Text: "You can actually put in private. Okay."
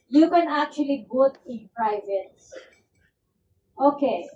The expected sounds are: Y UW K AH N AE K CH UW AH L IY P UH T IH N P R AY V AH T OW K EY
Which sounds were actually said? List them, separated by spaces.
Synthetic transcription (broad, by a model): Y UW K AH N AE K CH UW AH L IY B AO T IH N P R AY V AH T OW K EY